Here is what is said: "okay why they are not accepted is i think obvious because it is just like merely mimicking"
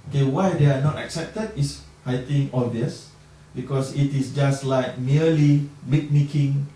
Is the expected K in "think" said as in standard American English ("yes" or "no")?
no